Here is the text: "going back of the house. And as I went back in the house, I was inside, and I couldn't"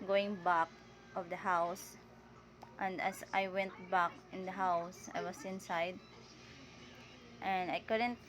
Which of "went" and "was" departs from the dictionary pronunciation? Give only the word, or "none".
was